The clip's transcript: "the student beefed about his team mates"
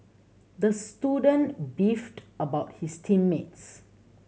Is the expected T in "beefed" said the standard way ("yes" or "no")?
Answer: yes